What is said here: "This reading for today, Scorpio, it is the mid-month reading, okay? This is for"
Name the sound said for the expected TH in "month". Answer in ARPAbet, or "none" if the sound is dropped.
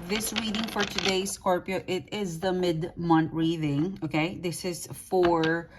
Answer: T